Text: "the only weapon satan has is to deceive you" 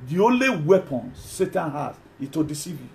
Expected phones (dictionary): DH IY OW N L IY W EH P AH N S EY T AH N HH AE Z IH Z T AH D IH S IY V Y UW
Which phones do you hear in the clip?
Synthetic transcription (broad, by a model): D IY OW N L IY W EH P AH N S EY T AH N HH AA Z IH T AH D IH S IY V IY